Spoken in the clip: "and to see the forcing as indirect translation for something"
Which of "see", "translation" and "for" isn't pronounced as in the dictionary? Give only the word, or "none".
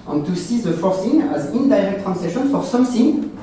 translation